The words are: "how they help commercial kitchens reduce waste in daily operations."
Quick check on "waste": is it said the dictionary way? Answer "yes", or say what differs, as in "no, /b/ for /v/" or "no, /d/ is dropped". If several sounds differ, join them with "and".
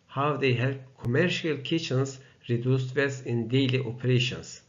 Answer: no, /t/ is dropped